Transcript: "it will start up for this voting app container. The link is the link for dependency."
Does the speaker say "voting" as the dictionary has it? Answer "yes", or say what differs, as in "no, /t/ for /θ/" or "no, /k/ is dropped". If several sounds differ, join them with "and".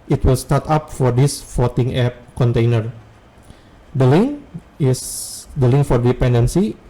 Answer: no, /f/ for /v/